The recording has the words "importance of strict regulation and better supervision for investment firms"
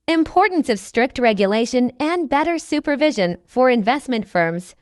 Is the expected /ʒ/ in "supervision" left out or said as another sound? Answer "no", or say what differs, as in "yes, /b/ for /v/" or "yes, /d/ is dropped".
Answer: no